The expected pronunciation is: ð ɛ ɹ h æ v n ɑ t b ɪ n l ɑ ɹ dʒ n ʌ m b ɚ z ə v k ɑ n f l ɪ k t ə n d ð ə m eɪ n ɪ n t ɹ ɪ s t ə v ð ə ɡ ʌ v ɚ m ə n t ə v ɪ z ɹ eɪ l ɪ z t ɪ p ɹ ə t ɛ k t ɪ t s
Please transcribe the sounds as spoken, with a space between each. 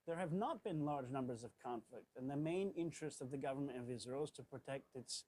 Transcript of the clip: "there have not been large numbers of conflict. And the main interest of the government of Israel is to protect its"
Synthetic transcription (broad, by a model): ð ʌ ɹ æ v n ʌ t b ɪ n l ɑ ɹ dʒ n ʌ m b ɚ z ə v k ɑ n f l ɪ k t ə n ð ə m eɪ n ɪ n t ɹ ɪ s t ə v ð ə ɡ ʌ v ɚ m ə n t ə v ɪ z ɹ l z t ɪ p ɹ ə t ɛ k t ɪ t s